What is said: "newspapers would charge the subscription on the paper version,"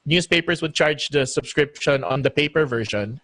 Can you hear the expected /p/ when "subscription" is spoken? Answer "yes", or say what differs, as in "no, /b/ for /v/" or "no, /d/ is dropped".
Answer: yes